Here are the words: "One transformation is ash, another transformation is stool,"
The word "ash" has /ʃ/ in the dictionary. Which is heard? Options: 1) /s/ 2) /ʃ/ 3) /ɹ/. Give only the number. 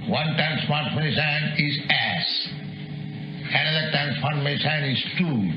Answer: 1